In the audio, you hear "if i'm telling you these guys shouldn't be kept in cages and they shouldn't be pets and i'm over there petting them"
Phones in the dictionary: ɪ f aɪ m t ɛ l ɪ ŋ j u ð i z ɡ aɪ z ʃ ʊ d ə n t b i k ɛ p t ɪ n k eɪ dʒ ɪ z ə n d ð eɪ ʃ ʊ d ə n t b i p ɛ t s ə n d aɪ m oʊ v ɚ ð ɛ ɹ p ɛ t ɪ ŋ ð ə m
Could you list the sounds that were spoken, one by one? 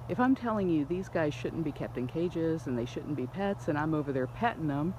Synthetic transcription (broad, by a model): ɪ f aɪ m t ɛ l ɪ ŋ j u ð i z ɡ aɪ z ʃ ʊ d n b i k ɛ p t ɪ n k eɪ dʒ ɪ z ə n ð eɪ ʃ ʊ d n b i p ɛ t s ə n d aɪ m oʊ v ɚ ð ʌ ɹ p ɛ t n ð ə m